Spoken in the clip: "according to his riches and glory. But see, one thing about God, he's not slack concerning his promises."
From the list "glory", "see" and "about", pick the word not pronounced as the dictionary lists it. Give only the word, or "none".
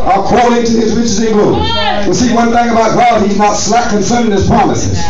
glory